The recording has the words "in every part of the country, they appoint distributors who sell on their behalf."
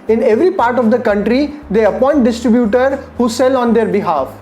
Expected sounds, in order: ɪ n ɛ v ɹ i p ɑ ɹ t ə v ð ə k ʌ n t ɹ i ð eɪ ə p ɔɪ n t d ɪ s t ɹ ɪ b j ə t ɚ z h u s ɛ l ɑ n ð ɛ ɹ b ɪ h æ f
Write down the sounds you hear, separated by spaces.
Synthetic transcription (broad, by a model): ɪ n ɛ v ɹ i p ɑ ɹ t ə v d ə k ʌ n t ɹ i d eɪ ə p ɔɪ n t d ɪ s t ɹ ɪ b j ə t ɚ h u s ɛ l ɑ n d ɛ ɹ b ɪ h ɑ f